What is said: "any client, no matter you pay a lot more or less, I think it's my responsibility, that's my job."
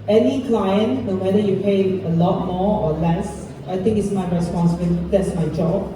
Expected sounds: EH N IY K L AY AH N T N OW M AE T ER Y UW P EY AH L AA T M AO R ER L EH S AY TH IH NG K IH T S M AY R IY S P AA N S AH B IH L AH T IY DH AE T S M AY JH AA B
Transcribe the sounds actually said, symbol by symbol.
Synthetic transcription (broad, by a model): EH N IY K L AY AH N T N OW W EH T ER Y UW P EY AH L AA T M AO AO L EH S AY T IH NG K IH T S M AY R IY S P AA N S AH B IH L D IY T S M AY JH AA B